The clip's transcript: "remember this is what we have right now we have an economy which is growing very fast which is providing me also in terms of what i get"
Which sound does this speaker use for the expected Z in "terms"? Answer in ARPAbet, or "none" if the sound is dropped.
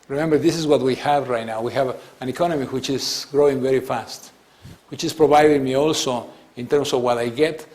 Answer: S